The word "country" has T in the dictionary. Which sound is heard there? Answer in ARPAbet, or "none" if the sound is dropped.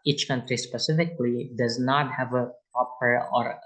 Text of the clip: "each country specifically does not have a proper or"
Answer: T